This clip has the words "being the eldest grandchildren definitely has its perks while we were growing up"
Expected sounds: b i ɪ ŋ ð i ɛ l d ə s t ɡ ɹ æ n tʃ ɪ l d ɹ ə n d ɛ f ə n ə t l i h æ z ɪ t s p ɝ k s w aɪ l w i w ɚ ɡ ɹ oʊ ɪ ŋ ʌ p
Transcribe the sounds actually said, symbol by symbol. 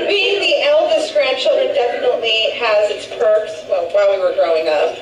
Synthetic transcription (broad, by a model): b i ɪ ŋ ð i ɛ l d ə s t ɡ ɹ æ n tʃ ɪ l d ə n d ɛ f ə n ə t l i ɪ z ɪ t s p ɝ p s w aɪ w w i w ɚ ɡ ɹ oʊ ɪ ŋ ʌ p